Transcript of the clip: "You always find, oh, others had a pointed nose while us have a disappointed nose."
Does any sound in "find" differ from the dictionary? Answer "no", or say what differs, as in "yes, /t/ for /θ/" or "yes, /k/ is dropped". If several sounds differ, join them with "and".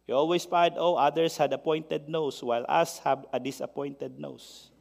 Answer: yes, /n/ is dropped